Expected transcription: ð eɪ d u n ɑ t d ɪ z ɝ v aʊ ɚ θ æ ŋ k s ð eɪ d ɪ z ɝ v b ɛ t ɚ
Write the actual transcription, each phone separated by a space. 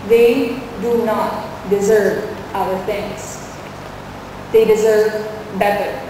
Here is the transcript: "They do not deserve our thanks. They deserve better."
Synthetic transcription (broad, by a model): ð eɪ d u n ɑ t d ɪ z ɝ v aʊ ɚ t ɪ ŋ s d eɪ d ɪ z ɝ v b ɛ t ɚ